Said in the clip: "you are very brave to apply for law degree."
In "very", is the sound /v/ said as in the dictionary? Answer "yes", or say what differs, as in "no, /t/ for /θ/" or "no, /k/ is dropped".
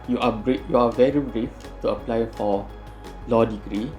yes